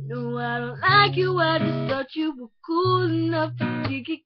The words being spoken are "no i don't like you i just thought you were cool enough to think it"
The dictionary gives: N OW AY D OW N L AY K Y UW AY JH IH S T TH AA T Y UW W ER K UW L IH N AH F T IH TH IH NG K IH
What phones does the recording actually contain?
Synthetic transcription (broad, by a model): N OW AY D OW N L AY K Y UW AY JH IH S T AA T Y UW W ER K UW L IH N AH F T IH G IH K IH